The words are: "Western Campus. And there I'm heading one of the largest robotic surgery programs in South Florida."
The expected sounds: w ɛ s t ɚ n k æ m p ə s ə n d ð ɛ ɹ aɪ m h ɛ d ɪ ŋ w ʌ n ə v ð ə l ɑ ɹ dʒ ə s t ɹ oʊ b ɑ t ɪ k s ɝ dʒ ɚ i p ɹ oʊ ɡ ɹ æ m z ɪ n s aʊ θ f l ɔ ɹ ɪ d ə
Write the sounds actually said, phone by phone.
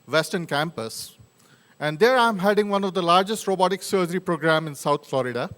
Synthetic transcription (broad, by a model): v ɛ s t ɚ n k æ m p ə s ə n d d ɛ ɹ aɪ m h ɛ d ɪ ŋ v ʌ n ə v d ə l ɑ ɹ dʒ ə s t ɹ oʊ b ɑ t ɪ k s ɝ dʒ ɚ i p ɹ oʊ ɡ ɹ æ m ɪ n s aʊ t f l ɔ ɹ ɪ d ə